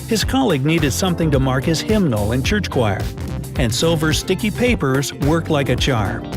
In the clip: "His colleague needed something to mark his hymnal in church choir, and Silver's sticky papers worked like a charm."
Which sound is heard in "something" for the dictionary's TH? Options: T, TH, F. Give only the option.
TH